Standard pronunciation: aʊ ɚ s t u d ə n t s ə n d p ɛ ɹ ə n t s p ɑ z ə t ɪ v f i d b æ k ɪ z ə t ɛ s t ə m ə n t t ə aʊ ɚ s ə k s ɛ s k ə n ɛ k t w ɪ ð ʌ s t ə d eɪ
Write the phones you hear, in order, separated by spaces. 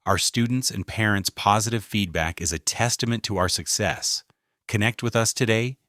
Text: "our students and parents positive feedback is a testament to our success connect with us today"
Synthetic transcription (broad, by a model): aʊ ɚ s t u d n t s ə n p ɛ ɹ ə n t s p ɑ z ə t ɪ v f i d b æ k ɪ z ə t ɛ s t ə m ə n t t ə aʊ ɚ s ə k s ɛ s k ə n ɛ k t w ɪ ð ʌ s t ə d eɪ